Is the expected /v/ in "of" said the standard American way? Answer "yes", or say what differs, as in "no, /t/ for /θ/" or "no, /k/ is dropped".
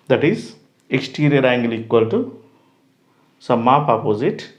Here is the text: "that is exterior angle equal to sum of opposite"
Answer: no, /p/ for /v/